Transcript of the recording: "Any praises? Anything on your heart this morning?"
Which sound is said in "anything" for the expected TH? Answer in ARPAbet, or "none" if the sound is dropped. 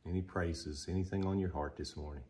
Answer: TH